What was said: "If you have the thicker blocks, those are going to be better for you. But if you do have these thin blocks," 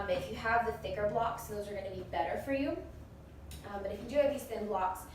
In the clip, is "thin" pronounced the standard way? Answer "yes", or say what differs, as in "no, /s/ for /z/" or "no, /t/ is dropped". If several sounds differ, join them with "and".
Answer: yes